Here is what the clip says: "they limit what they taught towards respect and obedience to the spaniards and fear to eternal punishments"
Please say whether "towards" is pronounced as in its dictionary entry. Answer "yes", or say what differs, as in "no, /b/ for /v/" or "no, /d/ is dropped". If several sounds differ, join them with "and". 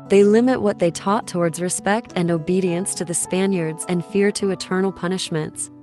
yes